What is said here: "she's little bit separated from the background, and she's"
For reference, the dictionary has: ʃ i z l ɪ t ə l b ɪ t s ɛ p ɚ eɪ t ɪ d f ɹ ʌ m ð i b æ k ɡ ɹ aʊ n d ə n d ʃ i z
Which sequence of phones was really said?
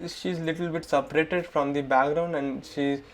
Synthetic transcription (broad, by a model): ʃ i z l ɪ t ə l b ɪ t s ɛ p ɚ eɪ t ɪ d f ɹ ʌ m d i b æ k ɡ ɹ aʊ n d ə n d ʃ i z